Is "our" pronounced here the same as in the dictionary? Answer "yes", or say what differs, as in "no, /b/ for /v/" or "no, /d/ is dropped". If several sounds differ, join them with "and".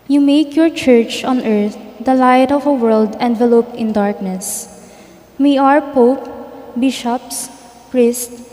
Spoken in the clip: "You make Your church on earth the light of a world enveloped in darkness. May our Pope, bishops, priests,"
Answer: yes